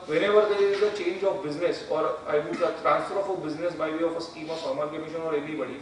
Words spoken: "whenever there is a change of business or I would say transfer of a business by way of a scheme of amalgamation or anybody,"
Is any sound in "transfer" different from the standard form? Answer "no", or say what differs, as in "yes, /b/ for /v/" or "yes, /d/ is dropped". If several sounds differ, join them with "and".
no